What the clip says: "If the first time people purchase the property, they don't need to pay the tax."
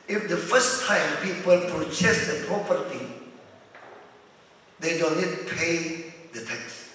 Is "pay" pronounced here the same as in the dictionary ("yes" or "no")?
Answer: yes